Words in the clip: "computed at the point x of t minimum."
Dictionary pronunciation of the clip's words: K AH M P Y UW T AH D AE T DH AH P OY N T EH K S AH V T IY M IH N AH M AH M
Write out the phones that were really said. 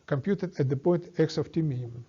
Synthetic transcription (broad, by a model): K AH M P Y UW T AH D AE T DH AH P OY N T EH K S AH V T IY M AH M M